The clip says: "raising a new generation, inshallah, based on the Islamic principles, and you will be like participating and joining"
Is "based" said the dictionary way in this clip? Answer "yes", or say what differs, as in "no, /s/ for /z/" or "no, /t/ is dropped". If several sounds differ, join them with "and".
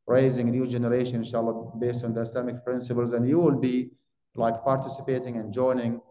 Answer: yes